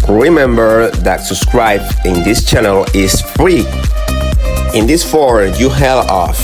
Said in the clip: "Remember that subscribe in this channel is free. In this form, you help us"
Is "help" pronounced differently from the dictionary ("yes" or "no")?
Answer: yes